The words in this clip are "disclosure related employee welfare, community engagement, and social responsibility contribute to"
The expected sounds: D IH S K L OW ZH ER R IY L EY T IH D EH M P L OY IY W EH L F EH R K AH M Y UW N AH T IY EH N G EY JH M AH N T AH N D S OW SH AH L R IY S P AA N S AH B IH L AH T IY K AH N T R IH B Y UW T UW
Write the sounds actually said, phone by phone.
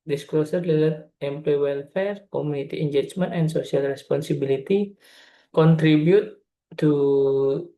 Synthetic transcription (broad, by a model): D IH S K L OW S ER L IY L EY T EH M P L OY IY W EH L F EH R K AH M UW N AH T IY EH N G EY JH M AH N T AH N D S OW S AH L R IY S P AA N S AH B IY L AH T IY K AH N T R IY B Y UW T UW